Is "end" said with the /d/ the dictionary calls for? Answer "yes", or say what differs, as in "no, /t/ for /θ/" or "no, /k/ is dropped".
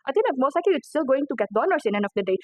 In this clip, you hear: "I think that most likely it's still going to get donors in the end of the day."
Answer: no, /d/ is dropped